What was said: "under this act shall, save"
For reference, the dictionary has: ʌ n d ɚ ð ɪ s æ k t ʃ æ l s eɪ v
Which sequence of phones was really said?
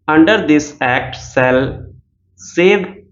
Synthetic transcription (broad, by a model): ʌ n d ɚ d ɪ s æ k t s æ l s eɪ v